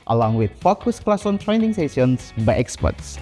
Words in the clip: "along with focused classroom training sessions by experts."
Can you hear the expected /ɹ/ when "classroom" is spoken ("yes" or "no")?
no